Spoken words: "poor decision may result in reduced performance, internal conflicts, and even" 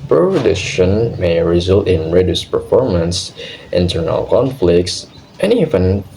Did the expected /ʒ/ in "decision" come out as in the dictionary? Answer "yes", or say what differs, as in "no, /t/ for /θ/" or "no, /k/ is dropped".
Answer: no, /ʃ/ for /ʒ/